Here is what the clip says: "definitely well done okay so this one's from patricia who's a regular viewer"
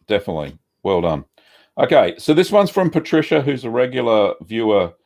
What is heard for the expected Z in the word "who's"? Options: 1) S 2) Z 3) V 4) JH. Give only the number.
2